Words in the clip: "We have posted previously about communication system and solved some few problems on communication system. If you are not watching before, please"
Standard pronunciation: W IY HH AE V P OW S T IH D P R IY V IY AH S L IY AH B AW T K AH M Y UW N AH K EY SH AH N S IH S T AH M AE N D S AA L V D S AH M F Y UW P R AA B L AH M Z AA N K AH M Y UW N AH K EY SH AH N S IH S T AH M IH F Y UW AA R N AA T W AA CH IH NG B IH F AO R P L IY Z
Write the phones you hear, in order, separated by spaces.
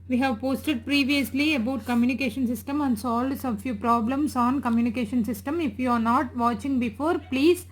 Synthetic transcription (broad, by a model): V IY HH AE V P OW S T IH D P R IY V IY AH S L IY AH B AW T K AH M Y UW N AH K EY SH AH N S IH S T AH M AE N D S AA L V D S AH F Y UW P R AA B L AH M S AA N K AH M Y UW N AH K EY SH AH N S IH S T AH M IH F Y UW AA R N AA T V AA CH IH NG B IH F AO R P L IY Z